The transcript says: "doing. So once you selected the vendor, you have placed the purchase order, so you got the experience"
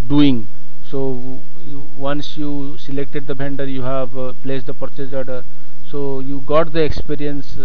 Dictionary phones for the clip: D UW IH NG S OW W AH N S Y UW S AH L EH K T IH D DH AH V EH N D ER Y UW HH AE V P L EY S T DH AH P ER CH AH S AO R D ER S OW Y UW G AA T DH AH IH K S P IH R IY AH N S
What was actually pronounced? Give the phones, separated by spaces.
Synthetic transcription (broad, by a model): D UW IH NG S OW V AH N S Y UW S AH L EH K T IH D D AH B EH N D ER Y UW HH AE V P L EY S T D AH P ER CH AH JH AO R D ER S OW Y UW G AA T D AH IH K S P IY R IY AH N S